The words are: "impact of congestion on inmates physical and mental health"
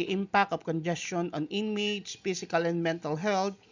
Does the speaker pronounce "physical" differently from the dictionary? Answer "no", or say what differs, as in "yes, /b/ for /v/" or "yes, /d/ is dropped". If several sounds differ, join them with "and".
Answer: yes, /s/ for /z/